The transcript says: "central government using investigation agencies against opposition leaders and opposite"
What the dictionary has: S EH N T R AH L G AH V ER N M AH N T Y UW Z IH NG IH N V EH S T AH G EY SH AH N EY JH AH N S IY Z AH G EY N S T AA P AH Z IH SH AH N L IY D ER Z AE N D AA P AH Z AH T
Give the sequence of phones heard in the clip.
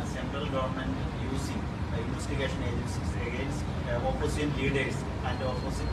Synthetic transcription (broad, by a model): S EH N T R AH L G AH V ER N M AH N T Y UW S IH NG IH N V EH S T AH G EY SH AH N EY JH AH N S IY S AH G EY N S T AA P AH S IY AH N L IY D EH S AE N D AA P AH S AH